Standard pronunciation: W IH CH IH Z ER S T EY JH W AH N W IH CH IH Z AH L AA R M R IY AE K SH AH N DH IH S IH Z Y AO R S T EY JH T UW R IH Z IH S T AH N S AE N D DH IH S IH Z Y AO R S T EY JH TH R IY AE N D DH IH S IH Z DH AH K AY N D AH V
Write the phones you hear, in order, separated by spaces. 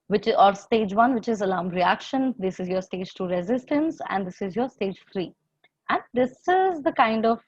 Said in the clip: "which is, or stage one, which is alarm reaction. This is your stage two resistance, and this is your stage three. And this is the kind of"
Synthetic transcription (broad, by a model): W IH CH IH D S T EY JH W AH N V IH CH IH Z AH L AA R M R IY AE K SH AH N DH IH S IH Z Y AO R S T EY JH T UW R IH Z IH S T AH N S AE N D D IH S IH Z Y AO R S T EY JH F R IY AE N D IH S IH Z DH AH K AY N D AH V